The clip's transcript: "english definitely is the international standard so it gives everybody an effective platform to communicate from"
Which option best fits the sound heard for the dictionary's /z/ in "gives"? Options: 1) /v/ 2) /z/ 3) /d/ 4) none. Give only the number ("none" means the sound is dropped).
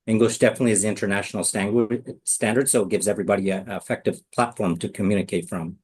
2